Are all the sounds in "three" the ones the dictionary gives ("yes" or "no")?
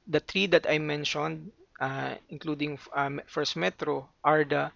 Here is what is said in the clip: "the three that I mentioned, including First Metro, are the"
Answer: no